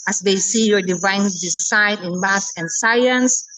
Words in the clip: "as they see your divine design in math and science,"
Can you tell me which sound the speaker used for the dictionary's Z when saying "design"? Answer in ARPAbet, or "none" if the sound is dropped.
S